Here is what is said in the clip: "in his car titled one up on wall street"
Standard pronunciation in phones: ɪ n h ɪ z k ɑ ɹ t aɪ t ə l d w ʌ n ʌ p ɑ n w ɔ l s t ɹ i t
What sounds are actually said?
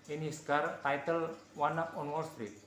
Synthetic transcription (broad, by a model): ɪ n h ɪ s k ɑ ɹ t aɪ t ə l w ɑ n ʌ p ɑ n w ɔ l s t ɹ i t